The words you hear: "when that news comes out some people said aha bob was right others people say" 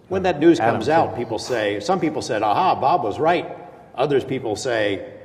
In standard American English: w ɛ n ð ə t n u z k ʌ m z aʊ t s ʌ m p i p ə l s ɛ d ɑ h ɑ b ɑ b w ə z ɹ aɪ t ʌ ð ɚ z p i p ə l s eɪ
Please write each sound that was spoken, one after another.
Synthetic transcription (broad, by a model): w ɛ n ð ə t n u z k ʌ m z aʊ t s ʌ m p i p l s ɛ d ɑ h ɑ b ɑ b w ə z ɹ aɪ t ʌ ð ɚ z p i p l s eɪ